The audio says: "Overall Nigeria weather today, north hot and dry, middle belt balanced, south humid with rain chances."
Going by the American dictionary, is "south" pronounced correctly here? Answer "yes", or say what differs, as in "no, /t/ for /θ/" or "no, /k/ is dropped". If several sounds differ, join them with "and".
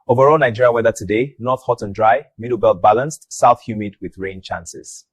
yes